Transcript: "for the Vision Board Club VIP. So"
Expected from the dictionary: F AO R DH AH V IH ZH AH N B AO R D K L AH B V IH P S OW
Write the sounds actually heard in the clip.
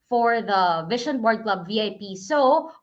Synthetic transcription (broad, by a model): F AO R DH AH V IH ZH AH N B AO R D K L AH B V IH P S OW